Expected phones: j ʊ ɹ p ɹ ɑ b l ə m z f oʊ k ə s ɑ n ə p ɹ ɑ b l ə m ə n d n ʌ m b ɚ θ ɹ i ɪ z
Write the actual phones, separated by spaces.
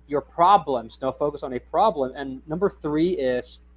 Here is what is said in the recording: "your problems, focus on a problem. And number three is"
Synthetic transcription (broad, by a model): j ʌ ɹ p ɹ ɑ b l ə m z f oʊ k ə s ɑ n ə p ɹ ɑ b l ə m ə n n ʌ m b ɚ θ ɹ i ɪ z